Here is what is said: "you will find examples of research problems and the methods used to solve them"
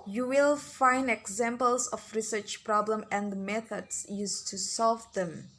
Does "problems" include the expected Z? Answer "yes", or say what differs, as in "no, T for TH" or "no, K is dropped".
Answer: no, Z is dropped